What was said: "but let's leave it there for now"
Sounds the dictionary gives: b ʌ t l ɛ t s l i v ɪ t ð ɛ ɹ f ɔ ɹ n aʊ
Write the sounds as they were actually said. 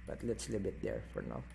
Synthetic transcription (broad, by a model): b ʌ t l ɛ t s l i b ɪ t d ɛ ɹ f ɔ ɹ n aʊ